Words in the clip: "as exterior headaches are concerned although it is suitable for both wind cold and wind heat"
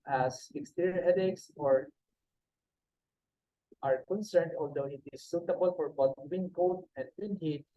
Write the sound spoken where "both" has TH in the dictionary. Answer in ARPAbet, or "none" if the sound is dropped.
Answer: T